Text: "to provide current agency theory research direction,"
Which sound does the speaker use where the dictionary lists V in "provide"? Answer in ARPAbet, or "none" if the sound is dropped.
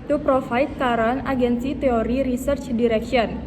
F